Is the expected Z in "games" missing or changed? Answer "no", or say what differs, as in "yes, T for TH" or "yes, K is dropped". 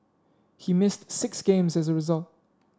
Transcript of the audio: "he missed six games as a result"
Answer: no